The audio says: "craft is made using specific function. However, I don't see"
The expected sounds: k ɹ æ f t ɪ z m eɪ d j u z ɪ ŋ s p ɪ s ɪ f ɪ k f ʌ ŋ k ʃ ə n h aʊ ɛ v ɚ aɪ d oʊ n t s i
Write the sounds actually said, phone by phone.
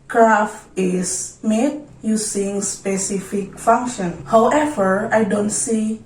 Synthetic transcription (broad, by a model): k ɹ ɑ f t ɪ s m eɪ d j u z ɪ ŋ s p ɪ s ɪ f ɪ k f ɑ ŋ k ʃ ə n h aʊ ɛ v ɚ aɪ d oʊ n t s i